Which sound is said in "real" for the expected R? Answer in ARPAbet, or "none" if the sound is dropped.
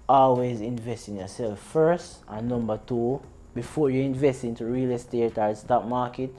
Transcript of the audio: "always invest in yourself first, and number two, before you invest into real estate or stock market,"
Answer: R